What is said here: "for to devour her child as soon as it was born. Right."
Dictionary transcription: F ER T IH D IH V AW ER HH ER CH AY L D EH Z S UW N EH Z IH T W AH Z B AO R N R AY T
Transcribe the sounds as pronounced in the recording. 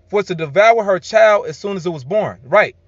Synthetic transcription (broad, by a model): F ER T IH D IH V AW ER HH ER CH AY L D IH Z S UW N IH Z IH T W AH Z B AO R N R AY T